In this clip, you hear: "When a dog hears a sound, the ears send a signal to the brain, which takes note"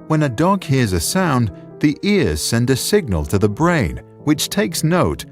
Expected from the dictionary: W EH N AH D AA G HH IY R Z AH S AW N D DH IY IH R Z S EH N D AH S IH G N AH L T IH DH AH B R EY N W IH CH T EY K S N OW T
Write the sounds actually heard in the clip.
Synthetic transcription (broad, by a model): W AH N AH D AA G HH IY R Z AH S AW N DH IY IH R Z S EH N D AH S IH G N AH L T IH DH AH B R EY N W IH CH T EY K S N OW T